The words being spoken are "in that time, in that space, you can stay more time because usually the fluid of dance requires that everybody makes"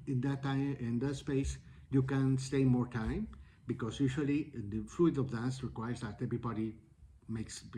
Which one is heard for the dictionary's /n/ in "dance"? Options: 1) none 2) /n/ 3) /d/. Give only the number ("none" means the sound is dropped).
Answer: 1